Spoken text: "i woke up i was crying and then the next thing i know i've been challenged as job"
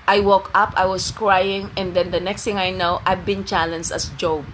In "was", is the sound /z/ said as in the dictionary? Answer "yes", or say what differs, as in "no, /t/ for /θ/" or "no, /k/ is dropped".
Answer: no, /s/ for /z/